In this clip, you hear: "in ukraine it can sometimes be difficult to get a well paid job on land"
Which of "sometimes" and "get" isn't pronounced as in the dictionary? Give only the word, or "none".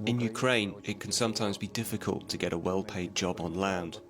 none